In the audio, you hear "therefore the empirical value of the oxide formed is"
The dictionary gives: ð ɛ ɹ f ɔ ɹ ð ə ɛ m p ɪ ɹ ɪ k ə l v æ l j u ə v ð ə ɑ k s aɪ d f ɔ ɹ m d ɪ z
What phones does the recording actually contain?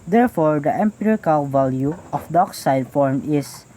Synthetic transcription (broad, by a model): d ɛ ɹ f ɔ ɹ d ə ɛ m p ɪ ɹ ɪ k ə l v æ l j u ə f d ɑ k s aɪ d f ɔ ɹ m ɪ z